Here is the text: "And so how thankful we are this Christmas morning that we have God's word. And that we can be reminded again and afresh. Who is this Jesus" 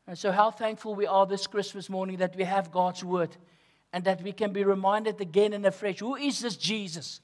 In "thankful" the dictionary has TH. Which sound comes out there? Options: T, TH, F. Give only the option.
TH